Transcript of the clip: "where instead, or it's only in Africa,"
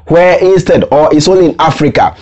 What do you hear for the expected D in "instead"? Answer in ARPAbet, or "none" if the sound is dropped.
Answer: D